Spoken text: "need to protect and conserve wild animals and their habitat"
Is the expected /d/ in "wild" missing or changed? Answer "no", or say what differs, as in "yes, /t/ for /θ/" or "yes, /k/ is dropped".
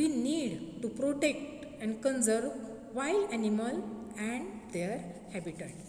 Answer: yes, /d/ is dropped